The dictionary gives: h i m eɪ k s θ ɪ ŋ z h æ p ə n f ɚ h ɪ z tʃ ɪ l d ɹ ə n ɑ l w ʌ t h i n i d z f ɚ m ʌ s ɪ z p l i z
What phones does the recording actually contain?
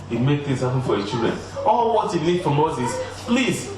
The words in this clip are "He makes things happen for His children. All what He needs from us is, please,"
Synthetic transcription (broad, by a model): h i m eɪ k θ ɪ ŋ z h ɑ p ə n f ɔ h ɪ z tʃ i l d ɹ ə n ɑ l w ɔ t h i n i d f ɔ m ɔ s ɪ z p l i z